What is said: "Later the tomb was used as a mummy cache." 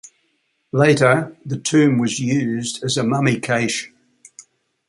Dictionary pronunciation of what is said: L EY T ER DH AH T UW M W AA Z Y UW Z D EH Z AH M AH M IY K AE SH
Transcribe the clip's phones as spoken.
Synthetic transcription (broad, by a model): L EY T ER DH AH T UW M W AA Z Y UW Z D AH Z AH M AH M IY K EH SH